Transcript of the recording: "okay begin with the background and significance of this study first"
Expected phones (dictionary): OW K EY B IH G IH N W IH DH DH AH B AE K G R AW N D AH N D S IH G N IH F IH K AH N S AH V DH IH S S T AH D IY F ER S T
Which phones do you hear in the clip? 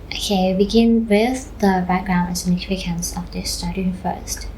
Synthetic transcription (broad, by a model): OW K EY B IH G IH N W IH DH DH AH B AE K G R AW N D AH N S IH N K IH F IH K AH N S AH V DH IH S S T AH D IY F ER S T